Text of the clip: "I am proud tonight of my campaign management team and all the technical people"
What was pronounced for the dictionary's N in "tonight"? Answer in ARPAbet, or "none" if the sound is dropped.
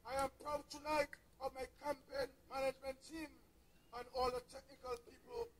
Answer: L